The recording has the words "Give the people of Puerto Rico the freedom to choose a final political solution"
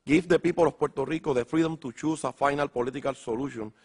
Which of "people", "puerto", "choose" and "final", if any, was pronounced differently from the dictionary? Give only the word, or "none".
choose